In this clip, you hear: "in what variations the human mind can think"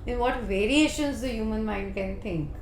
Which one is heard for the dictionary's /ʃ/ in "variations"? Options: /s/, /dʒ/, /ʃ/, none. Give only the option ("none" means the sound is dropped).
/ʃ/